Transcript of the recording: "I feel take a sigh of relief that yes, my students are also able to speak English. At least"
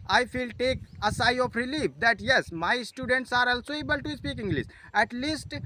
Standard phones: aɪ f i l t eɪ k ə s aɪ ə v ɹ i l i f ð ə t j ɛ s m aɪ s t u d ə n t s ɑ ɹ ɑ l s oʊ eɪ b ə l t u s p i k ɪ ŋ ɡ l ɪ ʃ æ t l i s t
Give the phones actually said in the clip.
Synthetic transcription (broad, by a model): aɪ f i l t eɪ k ə s aɪ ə p ɹ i l i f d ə t j ɛ s m aɪ s t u d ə n t s ɑ ɹ ɑ l s oʊ eɪ b ə l t u s p i k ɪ ŋ ɡ l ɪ s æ t l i s t